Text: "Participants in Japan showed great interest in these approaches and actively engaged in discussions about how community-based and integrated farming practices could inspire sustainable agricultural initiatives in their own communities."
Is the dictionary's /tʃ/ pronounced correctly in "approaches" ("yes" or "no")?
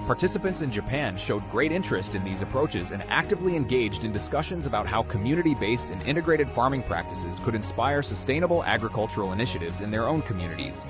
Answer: yes